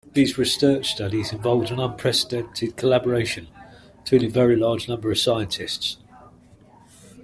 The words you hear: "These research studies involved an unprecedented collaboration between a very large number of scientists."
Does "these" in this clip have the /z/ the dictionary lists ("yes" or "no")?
yes